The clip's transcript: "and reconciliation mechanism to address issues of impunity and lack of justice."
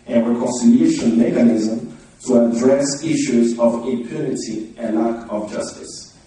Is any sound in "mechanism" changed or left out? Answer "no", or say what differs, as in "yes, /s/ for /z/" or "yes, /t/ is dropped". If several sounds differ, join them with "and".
no